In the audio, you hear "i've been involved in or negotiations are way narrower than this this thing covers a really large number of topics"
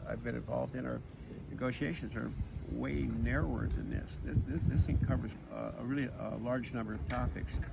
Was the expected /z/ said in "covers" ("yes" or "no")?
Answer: yes